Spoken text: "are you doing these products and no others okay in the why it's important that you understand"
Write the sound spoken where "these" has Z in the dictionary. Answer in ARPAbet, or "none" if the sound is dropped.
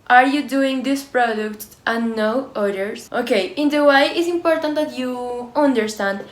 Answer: S